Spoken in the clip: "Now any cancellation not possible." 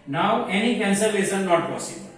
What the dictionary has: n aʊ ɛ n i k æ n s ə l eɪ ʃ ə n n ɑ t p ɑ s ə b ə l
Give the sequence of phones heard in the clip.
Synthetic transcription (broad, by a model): n aʊ ɛ n i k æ n s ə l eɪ s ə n n ɑ t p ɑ s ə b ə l